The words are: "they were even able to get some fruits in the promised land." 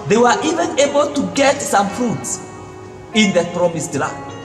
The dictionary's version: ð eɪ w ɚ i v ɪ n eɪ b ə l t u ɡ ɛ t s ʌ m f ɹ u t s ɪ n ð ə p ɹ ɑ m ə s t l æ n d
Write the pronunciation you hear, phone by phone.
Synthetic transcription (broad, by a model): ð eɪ w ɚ i v ɪ n eɪ b ə l t u ɡ ɛ t s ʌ m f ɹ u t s ɪ n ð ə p ɹ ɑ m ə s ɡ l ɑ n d